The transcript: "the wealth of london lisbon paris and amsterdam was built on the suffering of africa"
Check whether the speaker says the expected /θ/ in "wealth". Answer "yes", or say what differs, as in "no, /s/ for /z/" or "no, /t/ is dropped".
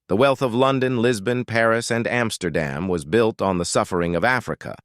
yes